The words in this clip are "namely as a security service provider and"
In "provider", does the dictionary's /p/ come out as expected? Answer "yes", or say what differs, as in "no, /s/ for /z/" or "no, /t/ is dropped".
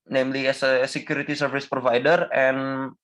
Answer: yes